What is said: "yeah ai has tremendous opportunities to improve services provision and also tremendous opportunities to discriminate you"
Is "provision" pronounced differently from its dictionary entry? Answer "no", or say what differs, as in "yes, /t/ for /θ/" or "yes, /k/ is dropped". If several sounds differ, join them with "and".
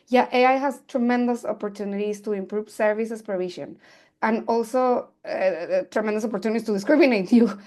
yes, /ʃ/ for /ʒ/